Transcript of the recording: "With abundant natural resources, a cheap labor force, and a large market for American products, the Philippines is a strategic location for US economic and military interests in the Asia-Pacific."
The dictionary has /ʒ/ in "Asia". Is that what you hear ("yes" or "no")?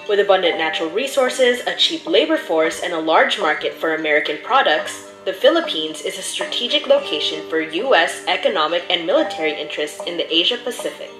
yes